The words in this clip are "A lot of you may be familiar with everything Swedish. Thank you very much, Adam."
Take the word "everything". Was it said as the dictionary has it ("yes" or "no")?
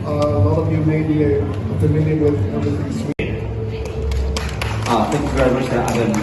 no